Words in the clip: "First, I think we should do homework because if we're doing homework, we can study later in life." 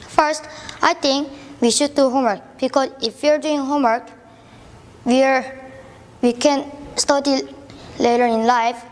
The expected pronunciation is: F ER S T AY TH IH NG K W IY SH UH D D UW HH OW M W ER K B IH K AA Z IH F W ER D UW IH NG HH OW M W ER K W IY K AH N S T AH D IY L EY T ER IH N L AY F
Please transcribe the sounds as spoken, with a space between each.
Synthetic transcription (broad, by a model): F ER S T AY T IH NG K W IY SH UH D D UW HH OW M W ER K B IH K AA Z IH F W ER D UW IH NG HH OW M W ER K W IY K AH N S T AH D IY L EY T ER IH N L AY F